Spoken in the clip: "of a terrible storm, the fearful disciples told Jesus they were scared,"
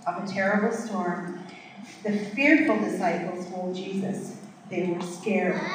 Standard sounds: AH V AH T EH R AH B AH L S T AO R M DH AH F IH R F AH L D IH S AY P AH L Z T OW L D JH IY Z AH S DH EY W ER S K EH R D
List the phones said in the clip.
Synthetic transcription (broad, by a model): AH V AH T EH R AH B L S T AO R M DH AH F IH R F L D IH S AY P L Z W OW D JH IY Z AH S DH EY W ER S K EH R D